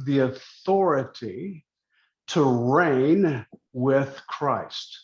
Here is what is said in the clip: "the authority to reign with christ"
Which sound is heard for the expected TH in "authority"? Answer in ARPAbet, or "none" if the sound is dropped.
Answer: TH